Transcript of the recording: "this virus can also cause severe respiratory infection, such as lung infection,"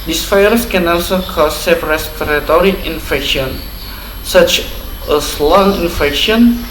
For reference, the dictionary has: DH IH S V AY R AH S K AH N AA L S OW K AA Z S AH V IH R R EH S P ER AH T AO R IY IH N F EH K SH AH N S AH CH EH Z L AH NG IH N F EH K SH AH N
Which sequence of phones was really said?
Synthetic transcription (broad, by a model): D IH S F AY R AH S K AH N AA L S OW K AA S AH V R R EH S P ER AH T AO R IY IH N F EH K SH AH N S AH CH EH S L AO NG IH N F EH K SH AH N